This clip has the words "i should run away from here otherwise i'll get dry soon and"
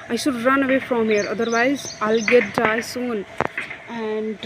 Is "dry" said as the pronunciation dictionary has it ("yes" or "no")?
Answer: no